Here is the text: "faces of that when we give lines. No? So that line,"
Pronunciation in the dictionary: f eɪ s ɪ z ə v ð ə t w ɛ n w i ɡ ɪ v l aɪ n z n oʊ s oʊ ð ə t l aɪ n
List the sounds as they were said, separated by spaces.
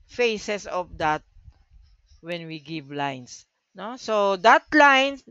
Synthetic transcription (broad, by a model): f eɪ s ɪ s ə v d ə t w ɛ n w i ɡ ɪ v l aɪ n s n oʊ s oʊ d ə t l aɪ n